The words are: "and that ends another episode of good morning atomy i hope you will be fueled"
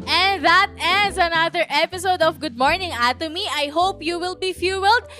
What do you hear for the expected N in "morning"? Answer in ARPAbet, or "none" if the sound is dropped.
N